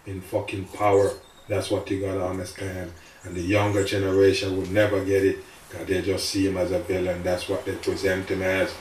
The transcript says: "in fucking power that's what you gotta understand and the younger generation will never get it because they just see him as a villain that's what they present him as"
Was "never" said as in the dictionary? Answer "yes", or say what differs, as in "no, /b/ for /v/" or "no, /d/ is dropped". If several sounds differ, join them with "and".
yes